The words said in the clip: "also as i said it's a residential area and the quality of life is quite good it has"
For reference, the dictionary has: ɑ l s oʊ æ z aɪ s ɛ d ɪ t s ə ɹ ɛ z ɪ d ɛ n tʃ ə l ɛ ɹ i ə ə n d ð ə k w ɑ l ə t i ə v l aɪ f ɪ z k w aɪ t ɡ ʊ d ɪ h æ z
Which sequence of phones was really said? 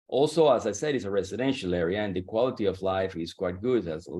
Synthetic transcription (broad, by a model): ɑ l s oʊ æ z aɪ s ɛ d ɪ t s ə ɹ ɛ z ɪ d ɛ n ʃ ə l ɛ ɹ i ə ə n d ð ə k w ɑ l ə t i ə v l aɪ f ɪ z k w aɪ t ɡ ʊ d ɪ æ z